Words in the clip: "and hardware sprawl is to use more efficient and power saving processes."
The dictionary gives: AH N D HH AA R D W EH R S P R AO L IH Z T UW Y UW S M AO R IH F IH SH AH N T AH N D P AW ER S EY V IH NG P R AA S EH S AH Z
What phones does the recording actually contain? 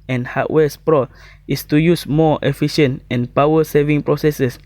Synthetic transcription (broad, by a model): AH N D HH AA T W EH S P R AO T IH S T UW Y UW S M AO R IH F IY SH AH N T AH N P AW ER S EY V IH NG P R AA S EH S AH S